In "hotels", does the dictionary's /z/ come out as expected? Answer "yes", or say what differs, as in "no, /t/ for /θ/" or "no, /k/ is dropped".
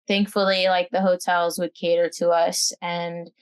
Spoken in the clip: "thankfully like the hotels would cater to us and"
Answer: yes